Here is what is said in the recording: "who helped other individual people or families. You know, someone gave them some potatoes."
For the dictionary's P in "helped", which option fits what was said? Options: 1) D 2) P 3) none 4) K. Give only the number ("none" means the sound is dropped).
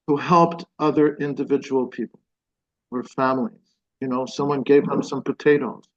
2